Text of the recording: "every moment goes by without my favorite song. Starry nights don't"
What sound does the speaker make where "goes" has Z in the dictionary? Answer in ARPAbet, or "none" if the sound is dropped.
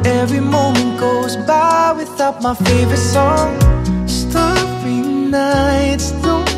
Z